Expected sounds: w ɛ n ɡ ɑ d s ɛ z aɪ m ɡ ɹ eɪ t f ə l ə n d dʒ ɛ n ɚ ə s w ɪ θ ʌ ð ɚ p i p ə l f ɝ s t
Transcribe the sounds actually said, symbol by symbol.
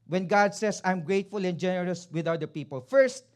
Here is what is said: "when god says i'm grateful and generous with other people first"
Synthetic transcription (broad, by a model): w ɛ n ɡ ɑ d s ɛ s aɪ m ɡ ɹ eɪ t f ə l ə n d dʒ ɛ n ɚ ə s w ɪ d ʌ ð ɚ p i p ə l f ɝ s t